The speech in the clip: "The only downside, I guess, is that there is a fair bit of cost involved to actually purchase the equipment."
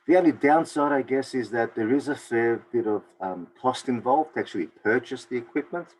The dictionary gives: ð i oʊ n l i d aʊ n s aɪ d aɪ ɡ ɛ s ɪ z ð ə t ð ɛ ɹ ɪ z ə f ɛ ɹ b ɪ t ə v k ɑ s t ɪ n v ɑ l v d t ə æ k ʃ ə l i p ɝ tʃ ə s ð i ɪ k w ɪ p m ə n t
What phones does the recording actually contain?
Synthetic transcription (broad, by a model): ð i oʊ n l i d aʊ n s aɪ d aɪ ɡ ɛ s ɪ z ð ə t ð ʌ ɹ ɪ z ə f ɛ ɹ b ɪ t ə v k ɑ s t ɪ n v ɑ l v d t ə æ k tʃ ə l i p ɝ tʃ ə s ð i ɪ k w ɪ p m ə n t